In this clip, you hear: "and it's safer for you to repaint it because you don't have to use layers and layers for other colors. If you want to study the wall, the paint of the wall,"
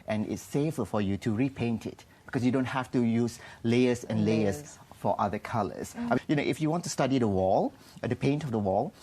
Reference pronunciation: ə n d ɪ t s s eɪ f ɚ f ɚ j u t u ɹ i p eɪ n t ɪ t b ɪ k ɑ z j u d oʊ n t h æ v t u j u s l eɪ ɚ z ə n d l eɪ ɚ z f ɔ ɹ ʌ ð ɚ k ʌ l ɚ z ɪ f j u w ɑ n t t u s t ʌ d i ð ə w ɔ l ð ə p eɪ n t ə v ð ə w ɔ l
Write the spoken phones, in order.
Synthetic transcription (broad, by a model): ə n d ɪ t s s eɪ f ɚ f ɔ j u t u ɹ i p eɪ n t ɪ t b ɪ k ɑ s j u d oʊ n t h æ f t u j u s l eɪ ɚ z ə n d l eɪ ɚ s f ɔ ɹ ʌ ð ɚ k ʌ n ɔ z ɪ f j u w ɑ n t t u s t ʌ d i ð ə w ɔ l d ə p eɪ n t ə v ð ə w ɔ l